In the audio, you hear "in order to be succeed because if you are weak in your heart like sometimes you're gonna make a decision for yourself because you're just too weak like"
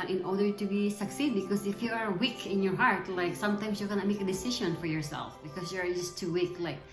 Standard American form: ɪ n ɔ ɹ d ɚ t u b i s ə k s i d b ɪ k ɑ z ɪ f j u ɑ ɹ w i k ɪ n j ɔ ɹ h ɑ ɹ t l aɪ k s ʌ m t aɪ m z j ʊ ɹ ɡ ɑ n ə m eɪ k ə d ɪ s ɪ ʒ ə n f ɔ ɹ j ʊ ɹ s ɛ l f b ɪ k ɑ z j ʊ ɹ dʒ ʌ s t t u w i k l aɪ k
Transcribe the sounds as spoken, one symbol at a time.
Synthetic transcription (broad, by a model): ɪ n ɔ ɹ d ɚ t u b i s ə k s i d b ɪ k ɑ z ɪ f j u ɑ ɹ w i k ɪ n j ɔ ɹ h ɑ ɹ t l aɪ k s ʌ m t aɪ m s j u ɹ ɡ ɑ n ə m eɪ k ə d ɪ s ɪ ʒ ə n f ɔ ɹ j ʊ ɹ s ɛ l f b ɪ k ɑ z j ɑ ɹ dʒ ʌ s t t u w i k l aɪ k